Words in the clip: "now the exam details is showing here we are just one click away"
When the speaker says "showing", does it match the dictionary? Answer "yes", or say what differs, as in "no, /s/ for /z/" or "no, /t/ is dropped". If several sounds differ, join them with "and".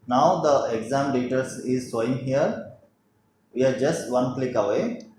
no, /s/ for /ʃ/